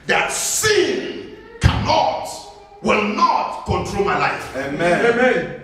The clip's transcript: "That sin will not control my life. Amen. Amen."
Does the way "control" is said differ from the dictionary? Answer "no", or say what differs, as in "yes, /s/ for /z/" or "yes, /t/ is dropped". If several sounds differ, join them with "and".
no